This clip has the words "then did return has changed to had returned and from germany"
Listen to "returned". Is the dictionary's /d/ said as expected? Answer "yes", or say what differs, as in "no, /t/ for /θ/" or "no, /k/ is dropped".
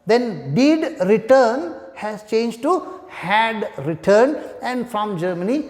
no, /d/ is dropped